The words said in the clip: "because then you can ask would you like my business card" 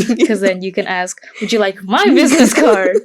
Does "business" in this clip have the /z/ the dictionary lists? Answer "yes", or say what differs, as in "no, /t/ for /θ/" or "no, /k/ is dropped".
yes